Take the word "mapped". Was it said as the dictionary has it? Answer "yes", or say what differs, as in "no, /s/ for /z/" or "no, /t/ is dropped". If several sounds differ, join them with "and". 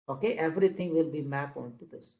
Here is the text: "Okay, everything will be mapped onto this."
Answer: no, /t/ is dropped